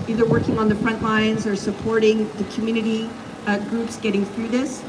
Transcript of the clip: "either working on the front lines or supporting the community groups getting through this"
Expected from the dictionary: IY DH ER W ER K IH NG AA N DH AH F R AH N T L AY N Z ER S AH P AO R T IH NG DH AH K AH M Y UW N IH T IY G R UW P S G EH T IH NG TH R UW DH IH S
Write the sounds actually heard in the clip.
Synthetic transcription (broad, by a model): IY DH ER W ER K IH NG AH N DH AH F R AH N T L AY N Z ER S AH P AO R T IH NG DH AH K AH M Y UW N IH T IY G R UW P S G EH T IH NG TH R UW DH IH S